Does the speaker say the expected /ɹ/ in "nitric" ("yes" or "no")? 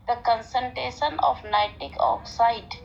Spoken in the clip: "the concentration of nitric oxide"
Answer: no